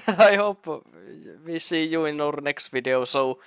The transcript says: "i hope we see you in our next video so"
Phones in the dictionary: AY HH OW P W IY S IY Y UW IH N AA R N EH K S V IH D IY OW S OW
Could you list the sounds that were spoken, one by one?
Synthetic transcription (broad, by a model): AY HH OW P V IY S IY Y UW IH N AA R N EH K S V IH D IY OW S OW